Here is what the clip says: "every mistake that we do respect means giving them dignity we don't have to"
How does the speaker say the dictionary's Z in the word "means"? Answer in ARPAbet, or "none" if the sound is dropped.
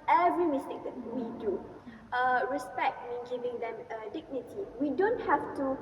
none